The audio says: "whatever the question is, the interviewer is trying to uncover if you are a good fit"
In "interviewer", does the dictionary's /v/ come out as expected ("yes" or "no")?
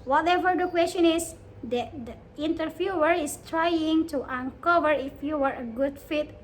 no